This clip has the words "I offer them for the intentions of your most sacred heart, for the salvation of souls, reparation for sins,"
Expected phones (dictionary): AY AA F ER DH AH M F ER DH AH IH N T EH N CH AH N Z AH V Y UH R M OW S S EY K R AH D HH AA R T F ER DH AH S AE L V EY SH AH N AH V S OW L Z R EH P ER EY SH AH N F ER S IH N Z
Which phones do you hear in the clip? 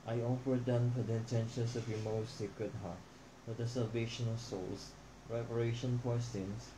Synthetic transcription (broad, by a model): AY AA F ER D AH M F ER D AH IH N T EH N SH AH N S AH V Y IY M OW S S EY K R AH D HH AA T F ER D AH S AE L V EY SH AH N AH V S OW L S R EH P ER EY SH AH N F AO S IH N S